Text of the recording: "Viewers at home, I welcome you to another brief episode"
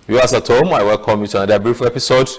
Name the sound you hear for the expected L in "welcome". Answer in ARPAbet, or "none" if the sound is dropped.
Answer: L